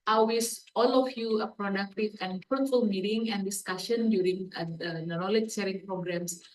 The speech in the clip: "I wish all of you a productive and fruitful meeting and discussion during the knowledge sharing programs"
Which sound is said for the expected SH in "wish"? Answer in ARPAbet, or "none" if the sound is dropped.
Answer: S